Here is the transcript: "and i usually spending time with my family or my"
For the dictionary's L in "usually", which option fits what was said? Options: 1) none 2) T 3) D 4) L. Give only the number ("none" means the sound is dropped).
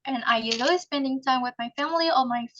1